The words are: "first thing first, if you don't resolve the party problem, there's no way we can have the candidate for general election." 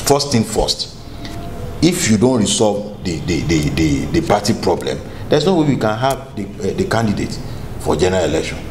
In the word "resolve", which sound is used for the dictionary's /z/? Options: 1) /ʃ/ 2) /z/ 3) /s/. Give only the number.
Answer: 3